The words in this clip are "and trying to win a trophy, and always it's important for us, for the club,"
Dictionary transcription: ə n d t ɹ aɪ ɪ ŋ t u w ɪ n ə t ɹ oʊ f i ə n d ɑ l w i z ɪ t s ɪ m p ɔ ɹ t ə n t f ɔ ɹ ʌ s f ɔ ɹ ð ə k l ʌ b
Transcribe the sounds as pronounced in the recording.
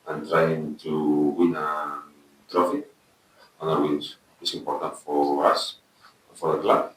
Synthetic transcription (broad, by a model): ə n t ɹ aɪ ɪ ŋ t u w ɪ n ə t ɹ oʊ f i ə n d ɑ w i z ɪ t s ɪ m p ɔ ɹ t ə n t f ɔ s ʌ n f ɔ ɹ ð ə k l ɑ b